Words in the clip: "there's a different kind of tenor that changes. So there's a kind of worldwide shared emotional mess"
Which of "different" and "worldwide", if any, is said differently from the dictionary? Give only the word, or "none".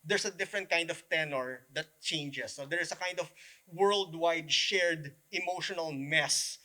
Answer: none